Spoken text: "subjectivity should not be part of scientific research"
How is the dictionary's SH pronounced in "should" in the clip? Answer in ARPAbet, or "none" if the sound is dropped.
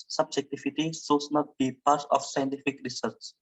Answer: S